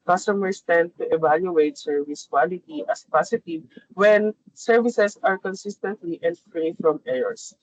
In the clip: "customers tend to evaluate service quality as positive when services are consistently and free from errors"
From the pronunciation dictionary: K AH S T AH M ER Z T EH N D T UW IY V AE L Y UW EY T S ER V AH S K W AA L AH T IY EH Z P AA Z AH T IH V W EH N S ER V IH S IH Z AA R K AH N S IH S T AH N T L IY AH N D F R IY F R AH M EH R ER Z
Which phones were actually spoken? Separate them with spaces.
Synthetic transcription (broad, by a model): K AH S T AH M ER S T EH N D T UW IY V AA L Y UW EY T S ER V AH S K W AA L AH T IY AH S P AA S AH T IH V W EH N S ER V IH S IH S AA R K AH N S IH S T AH N T L IY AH N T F R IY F R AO M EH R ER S